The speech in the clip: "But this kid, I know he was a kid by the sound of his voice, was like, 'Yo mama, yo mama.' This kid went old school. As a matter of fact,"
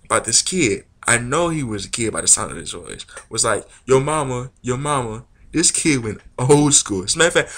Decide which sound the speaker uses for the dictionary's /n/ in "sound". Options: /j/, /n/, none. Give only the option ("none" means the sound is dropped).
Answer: /n/